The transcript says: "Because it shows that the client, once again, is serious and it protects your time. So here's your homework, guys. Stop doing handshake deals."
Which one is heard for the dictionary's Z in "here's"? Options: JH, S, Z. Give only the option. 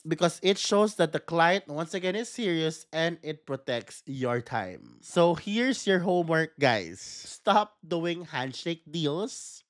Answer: S